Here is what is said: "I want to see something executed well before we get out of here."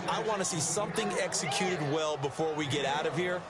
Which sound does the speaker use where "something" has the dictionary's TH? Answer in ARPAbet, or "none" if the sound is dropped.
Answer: TH